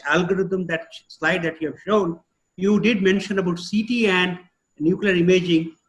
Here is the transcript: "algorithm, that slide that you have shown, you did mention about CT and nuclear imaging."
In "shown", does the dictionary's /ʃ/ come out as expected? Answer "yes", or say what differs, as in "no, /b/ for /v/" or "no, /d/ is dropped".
yes